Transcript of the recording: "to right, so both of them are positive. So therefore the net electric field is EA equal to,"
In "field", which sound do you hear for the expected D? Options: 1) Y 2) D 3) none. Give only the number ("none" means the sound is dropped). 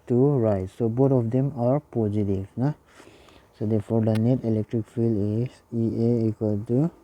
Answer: 3